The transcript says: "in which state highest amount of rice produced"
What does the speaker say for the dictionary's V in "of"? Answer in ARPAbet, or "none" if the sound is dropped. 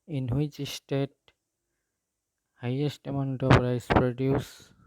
P